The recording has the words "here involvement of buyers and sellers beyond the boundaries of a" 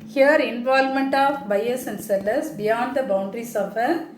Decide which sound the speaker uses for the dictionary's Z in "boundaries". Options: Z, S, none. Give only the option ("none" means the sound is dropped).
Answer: S